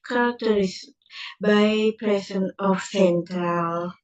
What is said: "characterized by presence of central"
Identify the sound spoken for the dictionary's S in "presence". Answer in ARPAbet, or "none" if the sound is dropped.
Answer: none